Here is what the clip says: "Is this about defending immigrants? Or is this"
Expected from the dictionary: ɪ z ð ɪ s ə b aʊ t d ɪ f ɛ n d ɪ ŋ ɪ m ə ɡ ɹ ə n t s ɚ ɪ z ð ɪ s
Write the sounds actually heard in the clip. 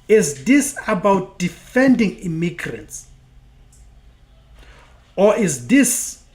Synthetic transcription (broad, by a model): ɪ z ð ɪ s ə b aʊ t d ɪ f ɛ n d ɪ ŋ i m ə ɡ ɹ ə n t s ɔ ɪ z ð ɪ s